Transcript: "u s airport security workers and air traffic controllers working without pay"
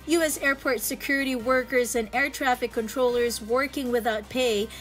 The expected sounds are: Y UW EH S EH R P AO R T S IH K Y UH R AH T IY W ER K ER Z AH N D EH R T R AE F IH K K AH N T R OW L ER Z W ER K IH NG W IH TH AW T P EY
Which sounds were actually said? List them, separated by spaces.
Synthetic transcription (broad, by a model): Y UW EH S EH R P AO R T S IH K Y UH R AH T IY W ER K ER Z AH N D EH R T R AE F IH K K AH N T R OW L ER Z W ER K IH NG W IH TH AW T P EY